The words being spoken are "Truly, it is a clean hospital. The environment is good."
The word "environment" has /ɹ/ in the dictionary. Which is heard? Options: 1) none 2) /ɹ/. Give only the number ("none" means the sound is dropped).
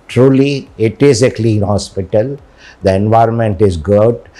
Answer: 2